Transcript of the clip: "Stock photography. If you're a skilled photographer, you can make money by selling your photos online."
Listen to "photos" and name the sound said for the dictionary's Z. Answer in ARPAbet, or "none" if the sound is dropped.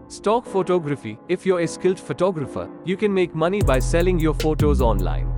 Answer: Z